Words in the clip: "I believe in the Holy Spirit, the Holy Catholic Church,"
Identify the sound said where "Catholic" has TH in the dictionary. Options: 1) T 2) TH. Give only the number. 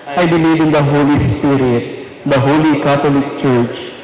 1